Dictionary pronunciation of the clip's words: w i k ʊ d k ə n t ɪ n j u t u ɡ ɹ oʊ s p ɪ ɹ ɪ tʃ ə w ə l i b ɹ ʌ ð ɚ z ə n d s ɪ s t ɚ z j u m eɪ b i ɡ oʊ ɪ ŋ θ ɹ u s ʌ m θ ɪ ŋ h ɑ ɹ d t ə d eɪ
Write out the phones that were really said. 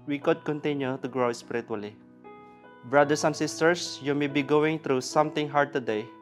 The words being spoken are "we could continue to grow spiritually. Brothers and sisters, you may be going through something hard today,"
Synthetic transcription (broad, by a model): w i k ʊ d k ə n t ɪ n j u t u ɡ ɹ oʊ s p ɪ ɹ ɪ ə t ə l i b ɹ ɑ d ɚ s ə n s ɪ s t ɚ s j u m eɪ b i ɡ oʊ ɪ ŋ t ɹ u s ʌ m t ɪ ŋ h ɑ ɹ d t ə d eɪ